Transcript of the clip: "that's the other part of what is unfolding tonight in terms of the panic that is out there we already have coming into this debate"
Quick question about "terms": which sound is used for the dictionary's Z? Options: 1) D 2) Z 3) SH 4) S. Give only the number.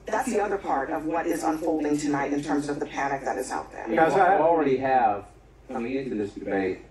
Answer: 2